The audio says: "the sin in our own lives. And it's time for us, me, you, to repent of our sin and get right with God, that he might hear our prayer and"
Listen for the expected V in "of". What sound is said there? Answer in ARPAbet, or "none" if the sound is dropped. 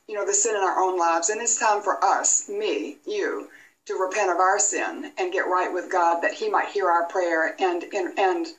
V